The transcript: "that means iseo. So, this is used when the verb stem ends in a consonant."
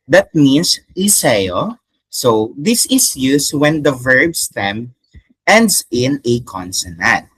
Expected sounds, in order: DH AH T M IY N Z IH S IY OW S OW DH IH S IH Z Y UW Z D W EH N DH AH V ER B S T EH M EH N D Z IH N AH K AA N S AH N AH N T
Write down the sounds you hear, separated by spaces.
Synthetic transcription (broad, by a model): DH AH T M IY N S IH S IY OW S OW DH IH S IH S Y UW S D W EH N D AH V ER B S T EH M EH N D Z IH N AH K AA N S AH N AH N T